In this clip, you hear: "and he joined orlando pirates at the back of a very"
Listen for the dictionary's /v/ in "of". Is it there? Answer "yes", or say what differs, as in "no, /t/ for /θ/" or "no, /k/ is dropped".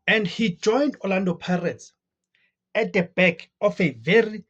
no, /f/ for /v/